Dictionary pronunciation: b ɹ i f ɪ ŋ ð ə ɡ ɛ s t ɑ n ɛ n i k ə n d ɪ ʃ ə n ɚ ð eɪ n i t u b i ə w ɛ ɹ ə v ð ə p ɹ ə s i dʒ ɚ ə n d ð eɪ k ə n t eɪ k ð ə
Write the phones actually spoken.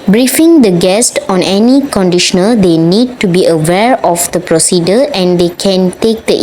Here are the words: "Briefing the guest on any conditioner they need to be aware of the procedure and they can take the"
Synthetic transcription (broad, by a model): b ɹ i f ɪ ŋ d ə ɡ ɛ s t ɑ n ɛ n i k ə n d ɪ ʃ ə n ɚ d eɪ n i t u b i ə w ɛ ɹ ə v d ə p ɹ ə s i dʒ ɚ ə n d eɪ k ə n t eɪ k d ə